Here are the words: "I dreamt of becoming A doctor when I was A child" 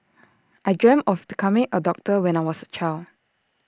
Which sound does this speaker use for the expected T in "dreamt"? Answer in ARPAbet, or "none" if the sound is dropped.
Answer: none